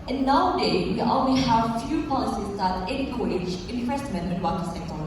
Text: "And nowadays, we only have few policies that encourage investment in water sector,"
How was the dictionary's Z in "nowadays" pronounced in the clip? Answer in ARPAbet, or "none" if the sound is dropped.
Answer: none